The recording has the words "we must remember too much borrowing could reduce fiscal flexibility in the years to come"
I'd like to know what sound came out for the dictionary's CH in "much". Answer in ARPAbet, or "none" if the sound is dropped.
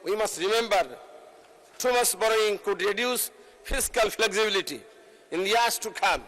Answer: S